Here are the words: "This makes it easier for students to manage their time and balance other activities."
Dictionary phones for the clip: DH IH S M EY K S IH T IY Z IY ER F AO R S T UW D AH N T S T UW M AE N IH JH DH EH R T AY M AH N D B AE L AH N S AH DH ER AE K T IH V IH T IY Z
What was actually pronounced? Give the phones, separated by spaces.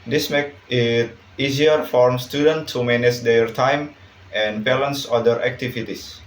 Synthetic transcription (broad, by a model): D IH S M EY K IH T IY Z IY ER F AO R S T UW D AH N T T UW M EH N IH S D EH R T AY M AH N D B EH L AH N S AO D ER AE K T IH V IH T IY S